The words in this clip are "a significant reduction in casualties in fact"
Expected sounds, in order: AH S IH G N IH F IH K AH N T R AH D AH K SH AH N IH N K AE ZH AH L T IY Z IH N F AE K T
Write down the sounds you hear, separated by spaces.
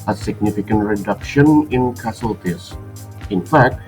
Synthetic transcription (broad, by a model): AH S IH G N IH F IH K AH N T R AH D AH K SH AH N IH N K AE S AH L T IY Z IH N F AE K T